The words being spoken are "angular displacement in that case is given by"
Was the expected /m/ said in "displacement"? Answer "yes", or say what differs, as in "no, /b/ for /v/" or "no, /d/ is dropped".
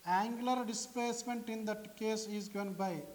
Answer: yes